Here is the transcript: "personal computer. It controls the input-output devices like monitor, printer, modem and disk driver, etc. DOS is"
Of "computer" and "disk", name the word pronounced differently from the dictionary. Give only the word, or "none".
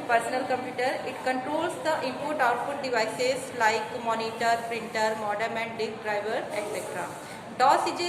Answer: disk